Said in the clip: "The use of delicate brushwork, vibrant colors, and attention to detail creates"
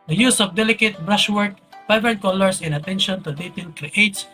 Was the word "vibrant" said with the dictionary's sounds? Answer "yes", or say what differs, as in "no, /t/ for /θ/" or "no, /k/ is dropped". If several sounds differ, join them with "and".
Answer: no, /p/ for /v/